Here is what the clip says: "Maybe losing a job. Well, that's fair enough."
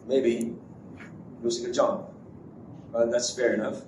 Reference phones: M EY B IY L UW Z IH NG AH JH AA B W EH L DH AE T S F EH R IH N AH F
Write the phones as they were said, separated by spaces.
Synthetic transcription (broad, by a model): M EY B IY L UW S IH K AH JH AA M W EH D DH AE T S F EH R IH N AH F